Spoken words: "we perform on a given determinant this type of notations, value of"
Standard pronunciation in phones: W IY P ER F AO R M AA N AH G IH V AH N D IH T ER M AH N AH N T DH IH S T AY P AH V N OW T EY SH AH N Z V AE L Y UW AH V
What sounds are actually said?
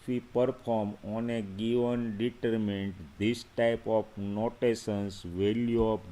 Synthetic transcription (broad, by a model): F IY P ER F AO R M AA N AH G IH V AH N D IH T ER M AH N N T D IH S T AY P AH F N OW T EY S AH N S V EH L Y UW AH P